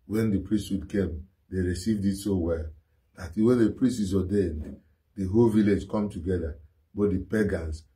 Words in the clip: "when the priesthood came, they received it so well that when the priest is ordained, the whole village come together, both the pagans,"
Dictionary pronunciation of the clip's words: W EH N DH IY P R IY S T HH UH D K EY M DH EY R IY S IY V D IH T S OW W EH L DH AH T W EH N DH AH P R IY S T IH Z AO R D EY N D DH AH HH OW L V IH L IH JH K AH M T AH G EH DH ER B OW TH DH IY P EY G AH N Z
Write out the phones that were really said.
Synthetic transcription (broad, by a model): W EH N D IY P R IY S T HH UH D K EY M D EY R IY S IY V D IH T S OW W EH L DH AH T W EH N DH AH P R IY S T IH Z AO D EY N D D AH HH OW L V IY L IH JH K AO M T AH G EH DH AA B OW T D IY P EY G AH N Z